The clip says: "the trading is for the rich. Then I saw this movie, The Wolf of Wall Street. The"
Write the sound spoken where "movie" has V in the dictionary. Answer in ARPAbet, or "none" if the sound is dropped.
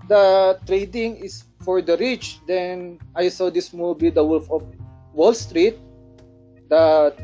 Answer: B